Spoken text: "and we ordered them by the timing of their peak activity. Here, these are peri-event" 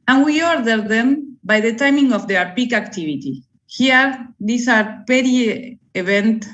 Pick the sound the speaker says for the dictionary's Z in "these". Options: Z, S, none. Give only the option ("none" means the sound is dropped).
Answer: S